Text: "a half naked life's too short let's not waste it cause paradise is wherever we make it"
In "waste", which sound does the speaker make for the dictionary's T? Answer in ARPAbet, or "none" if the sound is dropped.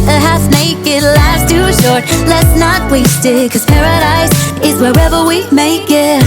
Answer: T